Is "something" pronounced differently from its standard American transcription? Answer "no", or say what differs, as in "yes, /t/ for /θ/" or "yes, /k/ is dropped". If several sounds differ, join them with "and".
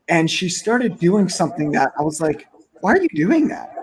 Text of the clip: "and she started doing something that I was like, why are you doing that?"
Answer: no